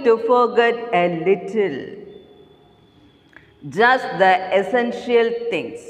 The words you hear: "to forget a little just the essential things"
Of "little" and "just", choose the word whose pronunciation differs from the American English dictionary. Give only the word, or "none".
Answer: none